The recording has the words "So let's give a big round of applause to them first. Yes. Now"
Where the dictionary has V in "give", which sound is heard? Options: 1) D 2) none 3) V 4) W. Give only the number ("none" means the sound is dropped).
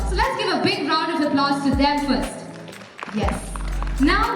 3